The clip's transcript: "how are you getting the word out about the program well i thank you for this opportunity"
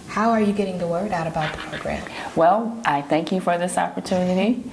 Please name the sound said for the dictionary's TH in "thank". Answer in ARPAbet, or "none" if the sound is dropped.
TH